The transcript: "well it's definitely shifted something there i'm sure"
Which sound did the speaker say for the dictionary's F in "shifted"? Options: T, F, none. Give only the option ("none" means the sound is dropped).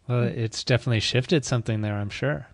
F